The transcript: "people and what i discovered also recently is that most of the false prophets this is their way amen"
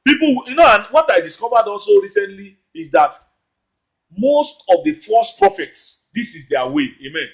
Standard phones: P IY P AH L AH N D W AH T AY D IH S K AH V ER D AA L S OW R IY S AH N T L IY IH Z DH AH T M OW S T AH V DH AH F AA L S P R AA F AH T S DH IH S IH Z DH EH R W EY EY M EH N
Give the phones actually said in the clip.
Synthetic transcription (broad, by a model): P IY P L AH N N W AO T AY D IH S K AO V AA D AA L S OW R IY S AH N T L IY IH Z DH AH T M OW S T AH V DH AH F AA S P R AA F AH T S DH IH S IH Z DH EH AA W EY EY M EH N